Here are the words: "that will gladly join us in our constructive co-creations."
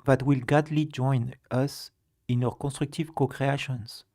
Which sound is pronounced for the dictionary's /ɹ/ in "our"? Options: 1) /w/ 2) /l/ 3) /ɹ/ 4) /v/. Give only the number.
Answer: 1